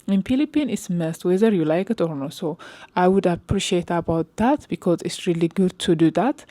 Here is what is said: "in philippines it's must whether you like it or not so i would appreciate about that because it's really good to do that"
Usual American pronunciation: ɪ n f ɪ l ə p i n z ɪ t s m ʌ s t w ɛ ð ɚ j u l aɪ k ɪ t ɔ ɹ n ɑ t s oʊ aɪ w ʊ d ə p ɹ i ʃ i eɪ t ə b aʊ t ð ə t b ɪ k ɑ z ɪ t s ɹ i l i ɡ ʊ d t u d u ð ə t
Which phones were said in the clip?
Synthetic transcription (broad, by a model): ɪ n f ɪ l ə p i n ɪ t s m ʌ s t w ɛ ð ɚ j u l aɪ k ɪ t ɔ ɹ n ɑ s oʊ aɪ w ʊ d ə p ɹ i ʃ i eɪ t ə b aʊ t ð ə t b ɪ k ɑ z ɪ t s ɹ i l i ɡ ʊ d t u d u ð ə t